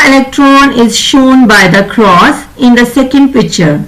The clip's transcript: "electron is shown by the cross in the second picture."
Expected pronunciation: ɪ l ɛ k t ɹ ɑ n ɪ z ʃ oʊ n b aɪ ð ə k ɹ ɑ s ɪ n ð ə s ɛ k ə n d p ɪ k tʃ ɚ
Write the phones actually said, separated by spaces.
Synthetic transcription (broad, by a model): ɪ l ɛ k t ɹ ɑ n ɪ z ʃ oʊ n b aɪ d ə k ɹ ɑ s ɪ n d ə s ɛ k ə n d p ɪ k tʃ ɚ